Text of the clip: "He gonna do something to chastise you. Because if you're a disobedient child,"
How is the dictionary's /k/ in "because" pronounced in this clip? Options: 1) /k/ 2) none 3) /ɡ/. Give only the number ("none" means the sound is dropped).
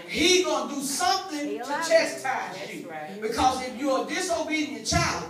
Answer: 1